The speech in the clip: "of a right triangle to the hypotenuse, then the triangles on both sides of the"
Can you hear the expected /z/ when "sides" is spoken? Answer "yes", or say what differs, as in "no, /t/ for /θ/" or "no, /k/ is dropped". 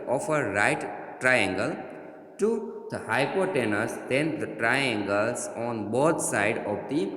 no, /z/ is dropped